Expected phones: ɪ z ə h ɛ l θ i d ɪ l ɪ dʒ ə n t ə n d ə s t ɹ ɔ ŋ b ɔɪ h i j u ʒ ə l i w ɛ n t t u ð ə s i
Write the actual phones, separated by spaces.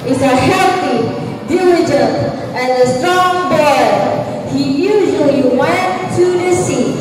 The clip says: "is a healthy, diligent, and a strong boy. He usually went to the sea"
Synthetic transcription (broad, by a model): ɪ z ə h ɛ θ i d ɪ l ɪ dʒ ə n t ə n ə s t ɔ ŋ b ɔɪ h i j u ʒ ə l i w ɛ n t t u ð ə s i